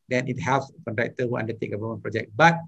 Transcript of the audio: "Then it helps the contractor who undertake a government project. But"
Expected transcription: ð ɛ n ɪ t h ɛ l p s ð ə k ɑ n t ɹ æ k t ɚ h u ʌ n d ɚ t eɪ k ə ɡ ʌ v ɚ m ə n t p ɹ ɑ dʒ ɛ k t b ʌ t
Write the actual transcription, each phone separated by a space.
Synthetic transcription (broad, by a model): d ɛ n ɪ t h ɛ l s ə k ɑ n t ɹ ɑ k t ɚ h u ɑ n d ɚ t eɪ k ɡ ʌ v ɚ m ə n p ɹ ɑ dʒ ɛ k b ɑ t